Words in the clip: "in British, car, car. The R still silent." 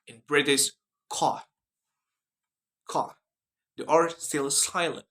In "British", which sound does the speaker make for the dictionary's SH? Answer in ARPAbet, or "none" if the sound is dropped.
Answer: S